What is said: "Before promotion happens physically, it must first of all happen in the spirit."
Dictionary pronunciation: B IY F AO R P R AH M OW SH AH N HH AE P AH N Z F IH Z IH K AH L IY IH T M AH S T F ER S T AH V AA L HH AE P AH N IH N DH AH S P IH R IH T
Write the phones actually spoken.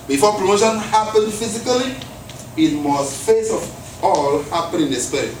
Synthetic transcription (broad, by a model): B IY F AO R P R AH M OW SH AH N HH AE P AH N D F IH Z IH K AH L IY IH T M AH S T F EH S AH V AA L HH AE P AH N IH N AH S P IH R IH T